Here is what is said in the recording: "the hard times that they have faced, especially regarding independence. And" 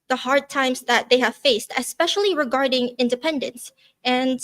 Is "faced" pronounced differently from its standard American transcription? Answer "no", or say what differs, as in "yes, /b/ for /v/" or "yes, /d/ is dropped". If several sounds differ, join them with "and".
no